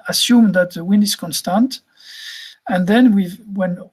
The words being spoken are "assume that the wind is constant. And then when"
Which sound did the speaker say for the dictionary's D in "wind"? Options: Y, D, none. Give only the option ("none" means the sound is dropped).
none